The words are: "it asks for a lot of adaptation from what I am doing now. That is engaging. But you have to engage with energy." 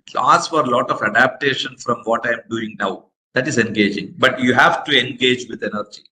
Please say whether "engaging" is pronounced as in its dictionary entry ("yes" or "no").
yes